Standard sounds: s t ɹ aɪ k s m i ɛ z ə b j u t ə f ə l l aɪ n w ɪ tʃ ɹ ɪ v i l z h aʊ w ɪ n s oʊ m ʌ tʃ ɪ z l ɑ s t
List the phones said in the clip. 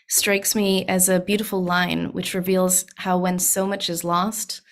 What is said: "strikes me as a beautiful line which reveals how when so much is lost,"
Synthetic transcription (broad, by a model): s t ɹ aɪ k s m i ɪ z ə b j u t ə f l l aɪ n w ɪ tʃ ɹ ɪ v i l z h aʊ w ɪ n s oʊ m ʌ tʃ ɪ z l ɑ s t